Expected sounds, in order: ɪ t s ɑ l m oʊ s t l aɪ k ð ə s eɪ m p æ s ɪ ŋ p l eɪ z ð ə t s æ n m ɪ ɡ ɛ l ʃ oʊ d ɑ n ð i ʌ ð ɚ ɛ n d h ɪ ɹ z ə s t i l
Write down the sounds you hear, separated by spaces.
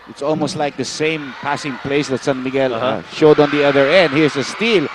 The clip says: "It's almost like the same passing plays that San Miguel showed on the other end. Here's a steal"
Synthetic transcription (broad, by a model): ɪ t s ɑ l m oʊ s t l aɪ k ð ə s eɪ m p æ s ɪ ŋ p l eɪ s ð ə t s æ n m ɪ ɡ ɛ l ʃ oʊ d ɑ n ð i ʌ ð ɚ ɛ n d h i ɹ s ə s t i l